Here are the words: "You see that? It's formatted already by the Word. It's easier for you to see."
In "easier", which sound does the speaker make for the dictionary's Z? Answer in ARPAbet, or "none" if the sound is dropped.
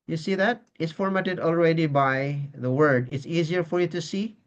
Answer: Z